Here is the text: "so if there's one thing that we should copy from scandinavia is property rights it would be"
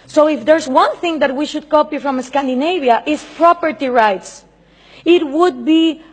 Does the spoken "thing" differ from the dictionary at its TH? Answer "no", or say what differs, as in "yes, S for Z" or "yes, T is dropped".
no